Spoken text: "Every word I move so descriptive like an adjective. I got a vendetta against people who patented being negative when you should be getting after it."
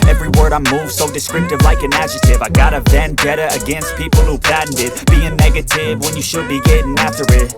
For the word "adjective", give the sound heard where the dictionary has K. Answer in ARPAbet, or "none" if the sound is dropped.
none